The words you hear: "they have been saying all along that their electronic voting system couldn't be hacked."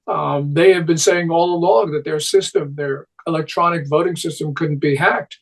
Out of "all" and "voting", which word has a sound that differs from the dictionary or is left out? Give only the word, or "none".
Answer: none